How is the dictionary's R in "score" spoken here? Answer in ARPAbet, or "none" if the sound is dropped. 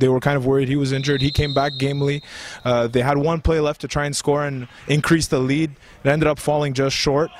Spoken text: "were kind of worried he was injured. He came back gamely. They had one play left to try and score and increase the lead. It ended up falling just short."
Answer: R